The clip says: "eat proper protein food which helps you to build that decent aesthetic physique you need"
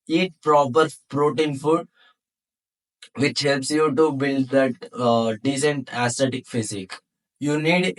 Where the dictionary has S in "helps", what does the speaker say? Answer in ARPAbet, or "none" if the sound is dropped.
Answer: S